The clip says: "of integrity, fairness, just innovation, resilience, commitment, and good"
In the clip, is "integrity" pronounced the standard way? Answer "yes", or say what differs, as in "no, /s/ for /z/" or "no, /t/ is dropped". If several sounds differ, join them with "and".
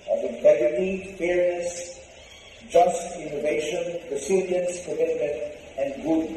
no, /ɹ/ is dropped